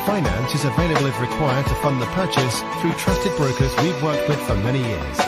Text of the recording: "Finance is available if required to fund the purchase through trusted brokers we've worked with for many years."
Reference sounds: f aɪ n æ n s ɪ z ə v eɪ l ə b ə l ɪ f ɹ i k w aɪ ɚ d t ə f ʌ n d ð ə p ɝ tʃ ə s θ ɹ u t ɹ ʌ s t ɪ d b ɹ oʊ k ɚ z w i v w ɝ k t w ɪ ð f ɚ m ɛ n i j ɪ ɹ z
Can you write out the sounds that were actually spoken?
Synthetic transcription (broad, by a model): f aɪ n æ n s ɪ z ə v eɪ l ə b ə l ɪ ɹ i k w aɪ ɚ d t ə f ʌ n ð ə p ɝ tʃ ə s θ ɹ u t ɹ ʌ s t ɪ d b ɹ oʊ k ɚ z w i v w ɝ k t w ɪ ð f ɚ m ɛ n i j ɪ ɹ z